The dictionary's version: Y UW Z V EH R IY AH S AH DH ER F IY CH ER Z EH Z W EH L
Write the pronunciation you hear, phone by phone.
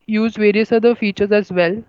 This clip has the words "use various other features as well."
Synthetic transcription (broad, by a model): Y UW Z V EH R IY AH S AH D ER F IY CH ER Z EH Z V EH L